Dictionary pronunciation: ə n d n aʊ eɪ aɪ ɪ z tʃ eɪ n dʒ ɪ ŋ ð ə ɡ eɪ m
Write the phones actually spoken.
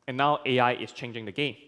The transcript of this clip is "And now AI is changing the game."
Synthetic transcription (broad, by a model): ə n n aʊ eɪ aɪ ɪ s tʃ eɪ n dʒ ɪ ŋ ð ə ɡ eɪ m